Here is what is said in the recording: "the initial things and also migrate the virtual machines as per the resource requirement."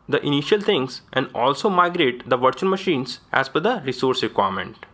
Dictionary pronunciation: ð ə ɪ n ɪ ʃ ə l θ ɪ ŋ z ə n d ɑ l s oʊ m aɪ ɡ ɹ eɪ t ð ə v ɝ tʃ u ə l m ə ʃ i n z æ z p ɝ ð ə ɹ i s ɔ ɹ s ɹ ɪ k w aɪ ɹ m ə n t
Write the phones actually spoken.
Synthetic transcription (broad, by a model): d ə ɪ n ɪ ʃ ə l t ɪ ŋ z ə n d ɑ l s oʊ m aɪ ɡ ɹ eɪ t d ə v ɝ tʃ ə n m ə ʃ i n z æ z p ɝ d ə ɹ i s ɔ ɹ s ɹ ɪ k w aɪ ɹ m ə n t